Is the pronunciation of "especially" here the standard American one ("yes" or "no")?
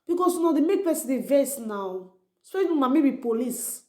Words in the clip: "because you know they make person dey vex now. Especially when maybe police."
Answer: no